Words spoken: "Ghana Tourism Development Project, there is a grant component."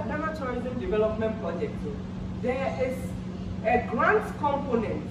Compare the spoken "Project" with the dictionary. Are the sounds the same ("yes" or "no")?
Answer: yes